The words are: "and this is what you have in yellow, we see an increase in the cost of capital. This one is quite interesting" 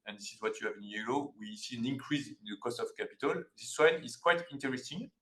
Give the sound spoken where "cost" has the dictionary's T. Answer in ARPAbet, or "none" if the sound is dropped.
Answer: T